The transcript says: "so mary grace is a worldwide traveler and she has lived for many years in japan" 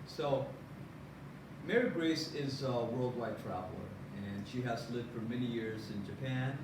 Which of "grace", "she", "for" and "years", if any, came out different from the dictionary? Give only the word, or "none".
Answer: none